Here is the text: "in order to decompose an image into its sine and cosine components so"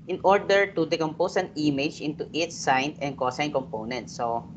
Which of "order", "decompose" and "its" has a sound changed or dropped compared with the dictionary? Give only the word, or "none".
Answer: decompose